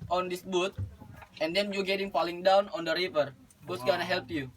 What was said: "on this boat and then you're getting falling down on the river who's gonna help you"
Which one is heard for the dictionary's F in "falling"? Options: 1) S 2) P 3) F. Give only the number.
2